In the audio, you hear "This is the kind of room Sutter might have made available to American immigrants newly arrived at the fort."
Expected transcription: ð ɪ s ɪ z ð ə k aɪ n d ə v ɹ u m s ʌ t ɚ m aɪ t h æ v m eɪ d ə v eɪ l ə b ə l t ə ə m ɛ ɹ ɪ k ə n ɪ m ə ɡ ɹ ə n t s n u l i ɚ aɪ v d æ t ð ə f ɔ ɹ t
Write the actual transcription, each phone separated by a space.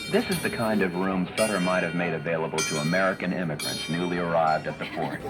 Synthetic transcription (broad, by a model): ð ɪ s ɪ z ð ə k aɪ n d ə v ɹ u m s ʌ t ɚ m aɪ t h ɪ v m eɪ d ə v eɪ l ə b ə l t ə ə m ɛ ɹ ɪ k ə n ɪ m ə ɡ ɹ ə n t s n u l i ɚ aɪ v d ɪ t ð ə f ɔ ɹ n